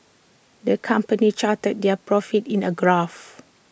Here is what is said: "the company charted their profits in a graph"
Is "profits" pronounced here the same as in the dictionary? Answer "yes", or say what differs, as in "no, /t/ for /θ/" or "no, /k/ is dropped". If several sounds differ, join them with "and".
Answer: no, /s/ is dropped